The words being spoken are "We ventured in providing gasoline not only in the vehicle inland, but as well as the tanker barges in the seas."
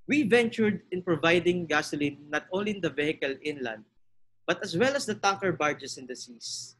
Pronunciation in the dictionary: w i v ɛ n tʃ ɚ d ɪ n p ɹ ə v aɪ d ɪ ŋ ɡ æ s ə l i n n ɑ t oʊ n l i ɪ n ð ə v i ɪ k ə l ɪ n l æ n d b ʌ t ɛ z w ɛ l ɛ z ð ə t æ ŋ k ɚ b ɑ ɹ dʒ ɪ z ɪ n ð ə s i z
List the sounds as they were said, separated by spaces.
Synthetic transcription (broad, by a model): w i v ɛ n tʃ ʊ d ɪ n p ɹ ə v aɪ d ɪ ŋ ɡ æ s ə l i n n ɑ t oʊ n l i ɪ n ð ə v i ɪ k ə l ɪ n l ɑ n d b ʌ t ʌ s w ɛ l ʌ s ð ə t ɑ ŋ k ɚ b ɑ ɹ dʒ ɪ s ɪ n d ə s i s